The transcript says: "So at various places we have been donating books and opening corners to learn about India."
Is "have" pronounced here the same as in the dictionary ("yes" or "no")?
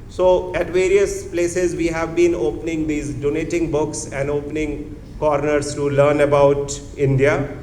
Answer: yes